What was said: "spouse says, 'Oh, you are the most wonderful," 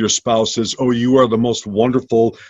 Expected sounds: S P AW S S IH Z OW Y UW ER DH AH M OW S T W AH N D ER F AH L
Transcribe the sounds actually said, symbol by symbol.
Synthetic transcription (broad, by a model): S P AW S S IH Z OW Y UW ER DH AH M OW S T W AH N D ER F L